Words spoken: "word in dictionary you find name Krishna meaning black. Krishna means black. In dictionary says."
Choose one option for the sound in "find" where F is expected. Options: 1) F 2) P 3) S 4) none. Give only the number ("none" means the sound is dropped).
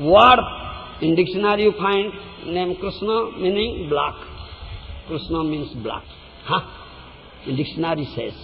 2